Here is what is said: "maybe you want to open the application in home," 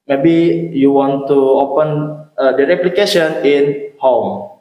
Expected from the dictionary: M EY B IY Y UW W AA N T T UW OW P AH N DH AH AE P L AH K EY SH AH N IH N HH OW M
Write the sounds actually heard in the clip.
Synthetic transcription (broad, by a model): M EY B IY Y UW W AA N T T UW OW P AH N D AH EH P L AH K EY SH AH N IH N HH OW M